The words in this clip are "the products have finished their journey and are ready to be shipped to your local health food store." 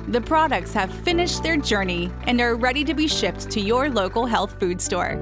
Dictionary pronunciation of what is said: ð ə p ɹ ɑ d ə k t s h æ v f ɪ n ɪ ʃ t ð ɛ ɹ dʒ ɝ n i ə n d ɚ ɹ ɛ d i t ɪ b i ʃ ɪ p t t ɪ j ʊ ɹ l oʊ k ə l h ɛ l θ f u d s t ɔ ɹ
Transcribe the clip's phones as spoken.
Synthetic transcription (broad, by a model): ð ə p ɹ ɑ d ə k t s h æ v f ɪ n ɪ ʃ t ð ɛ ɹ dʒ ɝ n i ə n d ɚ ɹ ɛ d i t ɪ b i ʃ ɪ p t t ɪ j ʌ ɹ l oʊ k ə l h ɛ l θ f u d s t ɔ ɹ